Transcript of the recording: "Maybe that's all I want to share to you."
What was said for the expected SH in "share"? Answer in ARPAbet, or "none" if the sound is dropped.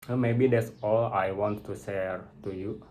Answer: S